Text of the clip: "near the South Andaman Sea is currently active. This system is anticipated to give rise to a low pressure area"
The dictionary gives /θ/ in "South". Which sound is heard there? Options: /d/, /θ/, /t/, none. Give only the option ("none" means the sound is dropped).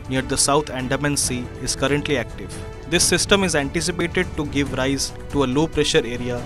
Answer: /t/